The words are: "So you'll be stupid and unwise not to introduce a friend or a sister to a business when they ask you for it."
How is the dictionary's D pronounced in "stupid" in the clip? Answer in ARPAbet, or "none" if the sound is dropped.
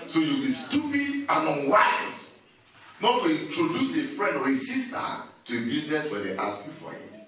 D